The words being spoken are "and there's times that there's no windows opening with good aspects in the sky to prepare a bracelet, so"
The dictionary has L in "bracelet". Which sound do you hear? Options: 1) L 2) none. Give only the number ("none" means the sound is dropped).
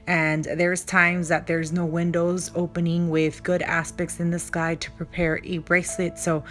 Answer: 1